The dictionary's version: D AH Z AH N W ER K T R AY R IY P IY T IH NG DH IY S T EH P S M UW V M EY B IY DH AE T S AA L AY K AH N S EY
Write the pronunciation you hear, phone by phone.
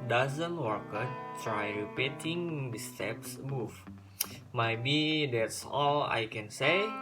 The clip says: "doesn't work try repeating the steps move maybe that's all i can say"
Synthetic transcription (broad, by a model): D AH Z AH N W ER K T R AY R IY P IY T IH NG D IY S T EH P S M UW F M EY B IY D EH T S AA L AY K AH N S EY